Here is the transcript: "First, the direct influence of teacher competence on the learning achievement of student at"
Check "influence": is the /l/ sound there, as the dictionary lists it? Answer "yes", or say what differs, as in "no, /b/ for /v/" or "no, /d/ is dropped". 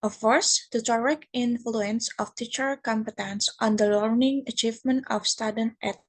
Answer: yes